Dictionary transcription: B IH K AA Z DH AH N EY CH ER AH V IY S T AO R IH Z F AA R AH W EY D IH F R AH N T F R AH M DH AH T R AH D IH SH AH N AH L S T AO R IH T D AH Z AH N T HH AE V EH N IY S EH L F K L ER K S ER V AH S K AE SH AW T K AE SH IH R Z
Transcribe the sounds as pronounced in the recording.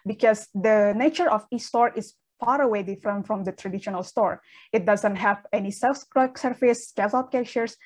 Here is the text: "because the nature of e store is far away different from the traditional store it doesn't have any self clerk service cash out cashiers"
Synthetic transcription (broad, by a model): B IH K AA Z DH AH N EY CH ER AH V IY S T AO R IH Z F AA R AH W EY D IH F R AH N T F R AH M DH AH T R AH D IH SH AH N AH L S T AO R IH T D AH Z AH N T HH AE V EH N IY S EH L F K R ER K S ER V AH S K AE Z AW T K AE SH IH R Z